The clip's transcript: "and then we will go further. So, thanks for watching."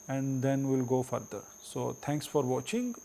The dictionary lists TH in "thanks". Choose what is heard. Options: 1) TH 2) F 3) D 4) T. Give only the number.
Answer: 4